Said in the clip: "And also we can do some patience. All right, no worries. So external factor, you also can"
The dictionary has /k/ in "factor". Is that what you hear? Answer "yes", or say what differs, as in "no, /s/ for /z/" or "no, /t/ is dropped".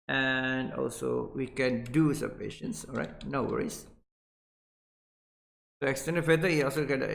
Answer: no, /k/ is dropped